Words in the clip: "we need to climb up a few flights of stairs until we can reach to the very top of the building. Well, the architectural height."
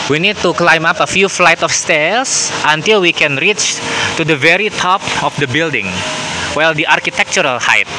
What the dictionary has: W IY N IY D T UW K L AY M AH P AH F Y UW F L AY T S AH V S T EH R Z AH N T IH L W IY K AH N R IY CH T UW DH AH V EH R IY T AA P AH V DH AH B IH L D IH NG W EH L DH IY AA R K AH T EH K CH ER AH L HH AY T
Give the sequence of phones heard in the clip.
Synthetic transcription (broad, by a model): W IY N IY D T UW K L AY M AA P AH F Y UW F L AY T AH F S T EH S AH N T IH L W IY K AH N R IY CH T UW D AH V EH R IY T AA P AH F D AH B IH L D IH NG W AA L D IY AA R K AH T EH K CH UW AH L HH AY T